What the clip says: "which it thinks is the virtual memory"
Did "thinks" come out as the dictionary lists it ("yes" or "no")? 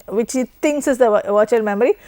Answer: no